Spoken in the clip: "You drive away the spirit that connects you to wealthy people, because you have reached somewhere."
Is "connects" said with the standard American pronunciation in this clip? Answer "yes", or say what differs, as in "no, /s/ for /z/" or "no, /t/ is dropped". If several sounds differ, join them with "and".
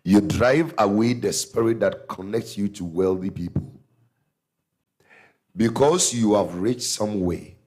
yes